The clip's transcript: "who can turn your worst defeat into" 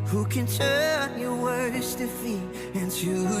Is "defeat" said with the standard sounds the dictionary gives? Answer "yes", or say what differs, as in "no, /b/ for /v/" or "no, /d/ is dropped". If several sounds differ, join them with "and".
no, /t/ is dropped